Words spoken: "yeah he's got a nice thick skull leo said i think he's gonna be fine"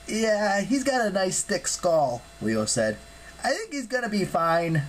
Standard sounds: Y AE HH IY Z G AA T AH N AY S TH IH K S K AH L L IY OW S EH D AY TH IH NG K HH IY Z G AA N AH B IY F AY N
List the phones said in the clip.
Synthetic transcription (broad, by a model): Y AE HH IY Z G AA T AH N AY S T IH K S K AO L W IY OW S EH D AY TH IH NG K HH IY Z G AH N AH B IY F AY N